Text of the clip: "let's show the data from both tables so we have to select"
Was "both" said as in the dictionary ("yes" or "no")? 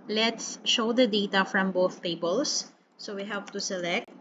yes